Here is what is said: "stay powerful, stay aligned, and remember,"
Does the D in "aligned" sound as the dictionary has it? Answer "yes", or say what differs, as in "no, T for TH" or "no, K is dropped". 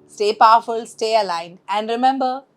no, D is dropped